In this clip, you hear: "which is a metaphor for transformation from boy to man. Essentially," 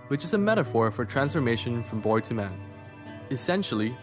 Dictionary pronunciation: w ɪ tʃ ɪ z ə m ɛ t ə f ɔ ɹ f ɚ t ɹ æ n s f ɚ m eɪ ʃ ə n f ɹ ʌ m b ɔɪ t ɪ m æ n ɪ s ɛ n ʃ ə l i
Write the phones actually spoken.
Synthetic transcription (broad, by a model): w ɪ tʃ ɪ z ə m ɛ t ə f ɔ ɹ f ɚ t ɹ æ n s f ɚ m eɪ ʃ ə n f ɹ ʌ m b ɔɪ t ɪ m æ n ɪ s ɛ n ʃ l i